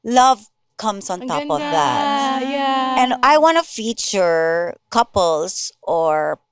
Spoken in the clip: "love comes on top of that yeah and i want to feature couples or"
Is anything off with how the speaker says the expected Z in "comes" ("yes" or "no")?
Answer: yes